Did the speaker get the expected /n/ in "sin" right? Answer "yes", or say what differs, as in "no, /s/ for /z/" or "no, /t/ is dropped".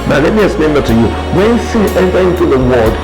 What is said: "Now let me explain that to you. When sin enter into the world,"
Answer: no, /n/ is dropped